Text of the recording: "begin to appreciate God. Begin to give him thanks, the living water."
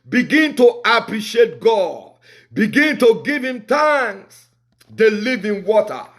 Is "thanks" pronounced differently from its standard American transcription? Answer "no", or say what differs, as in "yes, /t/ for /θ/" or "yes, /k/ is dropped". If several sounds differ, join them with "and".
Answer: yes, /t/ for /θ/ and /k/ is dropped